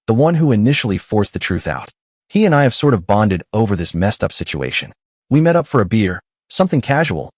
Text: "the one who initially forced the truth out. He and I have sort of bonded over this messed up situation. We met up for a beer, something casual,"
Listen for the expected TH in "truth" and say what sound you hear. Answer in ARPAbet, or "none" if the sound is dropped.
TH